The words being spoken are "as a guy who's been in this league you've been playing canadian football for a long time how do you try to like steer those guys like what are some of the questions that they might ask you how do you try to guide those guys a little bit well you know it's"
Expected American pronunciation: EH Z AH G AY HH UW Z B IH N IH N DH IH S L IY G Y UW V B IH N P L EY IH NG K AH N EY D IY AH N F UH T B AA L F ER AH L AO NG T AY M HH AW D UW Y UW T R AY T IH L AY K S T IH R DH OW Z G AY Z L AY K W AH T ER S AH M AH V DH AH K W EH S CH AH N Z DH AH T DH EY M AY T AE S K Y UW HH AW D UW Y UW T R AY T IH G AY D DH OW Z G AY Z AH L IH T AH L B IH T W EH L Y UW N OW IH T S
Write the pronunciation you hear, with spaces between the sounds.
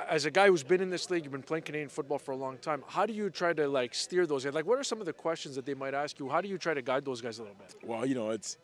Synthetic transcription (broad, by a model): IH Z AH G AY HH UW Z B IH N IH N DH IH S L IY G Y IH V B IH N P L EY IH NG K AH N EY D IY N F UH T B AA L F ER AH L AO NG T AY M HH AW D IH Y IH T R AY T IH L AY K S T IH R DH OW Z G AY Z L AY K W AH T ER S AH M AH V DH AH K W EH S CH AH N Z DH AH T DH EY M AY T AE S K Y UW HH AW D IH Y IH T R AY T IH G AY D DH OW Z G AY Z AH L IH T L B IH T W EH L Y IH N OW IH T S